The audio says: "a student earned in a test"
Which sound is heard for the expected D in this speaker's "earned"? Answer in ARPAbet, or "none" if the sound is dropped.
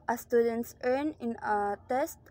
none